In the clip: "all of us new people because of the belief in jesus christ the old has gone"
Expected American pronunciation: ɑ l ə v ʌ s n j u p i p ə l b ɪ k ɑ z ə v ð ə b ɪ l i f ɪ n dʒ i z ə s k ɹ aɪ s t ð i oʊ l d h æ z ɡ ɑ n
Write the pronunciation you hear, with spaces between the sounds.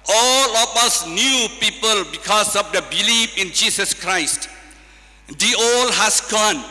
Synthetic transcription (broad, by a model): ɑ l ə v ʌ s n j u p i p ə l b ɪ k ɑ s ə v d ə b ɪ l i f ɪ n dʒ i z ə s k ɹ aɪ s t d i oʊ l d h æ s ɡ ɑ n